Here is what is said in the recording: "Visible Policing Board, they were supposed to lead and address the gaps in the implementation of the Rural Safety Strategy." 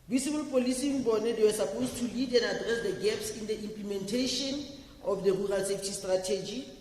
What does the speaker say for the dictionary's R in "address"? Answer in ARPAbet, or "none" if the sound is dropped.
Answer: R